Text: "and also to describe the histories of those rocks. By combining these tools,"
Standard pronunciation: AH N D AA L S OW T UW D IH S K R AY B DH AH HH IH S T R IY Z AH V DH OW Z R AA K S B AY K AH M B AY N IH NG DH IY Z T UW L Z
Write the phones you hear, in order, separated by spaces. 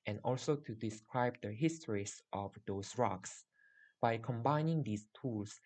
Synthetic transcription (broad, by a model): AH N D AA L S OW T UW D IH S K R AY B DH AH HH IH S T R IY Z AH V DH OW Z R AA K S B AY K AH M B AY N IH NG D IY S T UW L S